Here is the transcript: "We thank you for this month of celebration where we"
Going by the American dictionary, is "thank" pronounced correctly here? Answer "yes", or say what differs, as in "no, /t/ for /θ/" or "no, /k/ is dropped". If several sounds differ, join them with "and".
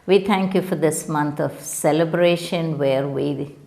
no, /t/ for /θ/